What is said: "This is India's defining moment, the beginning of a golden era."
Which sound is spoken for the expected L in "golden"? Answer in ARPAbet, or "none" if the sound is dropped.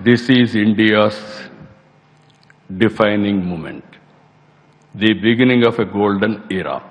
L